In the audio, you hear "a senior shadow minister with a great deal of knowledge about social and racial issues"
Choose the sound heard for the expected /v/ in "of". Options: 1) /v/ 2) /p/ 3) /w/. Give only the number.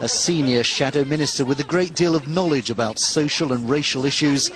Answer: 1